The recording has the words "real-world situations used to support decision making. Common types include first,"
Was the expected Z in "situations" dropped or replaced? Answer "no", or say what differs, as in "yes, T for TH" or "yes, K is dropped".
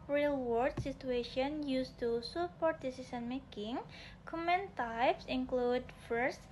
yes, Z is dropped